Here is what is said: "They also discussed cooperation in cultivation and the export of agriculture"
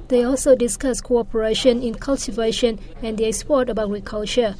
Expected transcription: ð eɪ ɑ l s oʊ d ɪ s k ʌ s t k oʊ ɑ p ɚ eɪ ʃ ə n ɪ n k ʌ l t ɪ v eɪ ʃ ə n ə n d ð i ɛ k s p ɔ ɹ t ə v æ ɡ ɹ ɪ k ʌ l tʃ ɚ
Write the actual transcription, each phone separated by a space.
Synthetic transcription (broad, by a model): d eɪ ɑ l s oʊ d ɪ s k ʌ s k oʊ ɑ p ɚ eɪ ʃ ə n ɪ n k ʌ l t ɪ v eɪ ʃ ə n ə n d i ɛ k s p ɔ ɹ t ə b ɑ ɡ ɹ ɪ k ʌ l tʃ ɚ